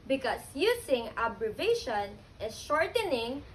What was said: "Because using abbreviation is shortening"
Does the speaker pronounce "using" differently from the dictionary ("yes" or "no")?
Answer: yes